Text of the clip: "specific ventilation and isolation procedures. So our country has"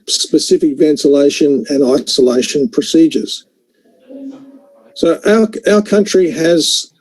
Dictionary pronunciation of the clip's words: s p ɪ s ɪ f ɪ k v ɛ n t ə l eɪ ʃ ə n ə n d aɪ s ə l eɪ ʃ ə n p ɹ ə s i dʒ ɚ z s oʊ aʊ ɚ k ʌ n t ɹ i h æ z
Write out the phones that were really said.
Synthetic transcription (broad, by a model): s p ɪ s ɪ f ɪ k v ɛ n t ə l eɪ ʃ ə n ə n aɪ s ə l eɪ ʃ ə n p ɹ ə s i dʒ ɚ z s oʊ aʊ ɚ k ʌ n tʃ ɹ i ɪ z